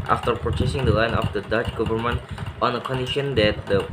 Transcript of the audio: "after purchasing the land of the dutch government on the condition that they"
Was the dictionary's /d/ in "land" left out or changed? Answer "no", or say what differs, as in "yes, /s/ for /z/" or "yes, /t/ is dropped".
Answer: yes, /d/ is dropped